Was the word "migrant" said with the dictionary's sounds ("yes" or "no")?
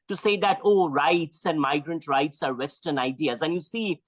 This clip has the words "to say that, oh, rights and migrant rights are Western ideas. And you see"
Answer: yes